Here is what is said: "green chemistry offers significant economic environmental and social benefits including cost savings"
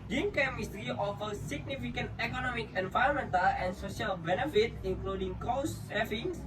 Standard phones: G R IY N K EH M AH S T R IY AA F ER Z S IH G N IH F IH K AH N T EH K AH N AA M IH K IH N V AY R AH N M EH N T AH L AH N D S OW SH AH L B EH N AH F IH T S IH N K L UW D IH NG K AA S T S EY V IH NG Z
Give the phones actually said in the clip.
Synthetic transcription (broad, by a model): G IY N K EH M AH S T R IY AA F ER S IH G N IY F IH K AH N T EH K AH N AA M IH K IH N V AY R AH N M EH N T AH L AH N S OW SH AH L B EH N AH F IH T IH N K L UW D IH NG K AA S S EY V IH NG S